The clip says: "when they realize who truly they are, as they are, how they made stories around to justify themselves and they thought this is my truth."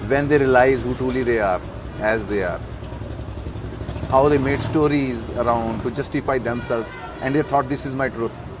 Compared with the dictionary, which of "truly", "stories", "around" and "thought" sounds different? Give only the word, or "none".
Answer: thought